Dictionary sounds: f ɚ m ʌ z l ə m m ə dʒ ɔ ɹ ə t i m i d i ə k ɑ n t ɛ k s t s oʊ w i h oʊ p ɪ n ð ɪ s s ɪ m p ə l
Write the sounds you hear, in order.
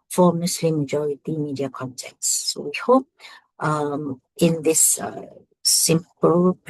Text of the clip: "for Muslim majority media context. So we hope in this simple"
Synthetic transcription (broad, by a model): f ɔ m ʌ s l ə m m ə dʒ ɔ ɹ ə t i m i d i ə k ɑ n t ɛ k t s oʊ w i h oʊ p ɪ n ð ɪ s s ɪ m p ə l